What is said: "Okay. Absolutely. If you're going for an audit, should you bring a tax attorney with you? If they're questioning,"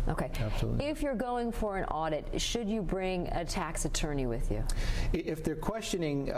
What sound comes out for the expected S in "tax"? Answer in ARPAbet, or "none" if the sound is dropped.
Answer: S